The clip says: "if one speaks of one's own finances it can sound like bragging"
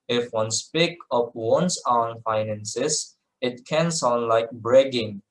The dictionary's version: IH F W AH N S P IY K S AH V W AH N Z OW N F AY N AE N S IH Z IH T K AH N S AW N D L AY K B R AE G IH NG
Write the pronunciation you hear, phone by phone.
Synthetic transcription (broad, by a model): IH F W AH N S P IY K AH P W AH N S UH N F AY N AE N S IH S IH T K AH N S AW N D L AY K B R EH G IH NG